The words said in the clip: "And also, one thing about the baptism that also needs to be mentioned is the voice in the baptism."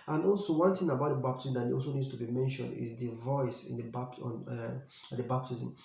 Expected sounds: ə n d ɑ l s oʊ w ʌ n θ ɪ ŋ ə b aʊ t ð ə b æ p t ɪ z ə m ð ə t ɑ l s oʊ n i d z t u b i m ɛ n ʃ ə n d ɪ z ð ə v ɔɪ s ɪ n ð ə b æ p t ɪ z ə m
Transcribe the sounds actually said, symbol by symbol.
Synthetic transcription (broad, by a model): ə n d ɑ l s oʊ w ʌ n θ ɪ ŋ ə b aʊ t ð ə b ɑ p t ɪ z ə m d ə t ɑ l s oʊ n i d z t u b i m ɛ n ʃ ə n d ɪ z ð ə v ɔɪ s ɪ n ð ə b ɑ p t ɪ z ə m